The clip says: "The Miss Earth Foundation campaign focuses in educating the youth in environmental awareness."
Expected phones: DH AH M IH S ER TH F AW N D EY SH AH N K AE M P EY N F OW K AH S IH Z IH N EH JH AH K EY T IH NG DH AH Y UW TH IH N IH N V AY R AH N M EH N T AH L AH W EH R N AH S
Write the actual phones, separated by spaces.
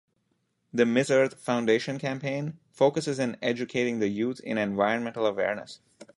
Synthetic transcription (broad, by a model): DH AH M IH S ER T F AW N D EY SH AH N K AE M P EY N F OW K AH S IH Z IH N EH JH AH K EY T IH NG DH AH Y UW T IH N IH N V AY R AH N M EH N T AH L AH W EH R N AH S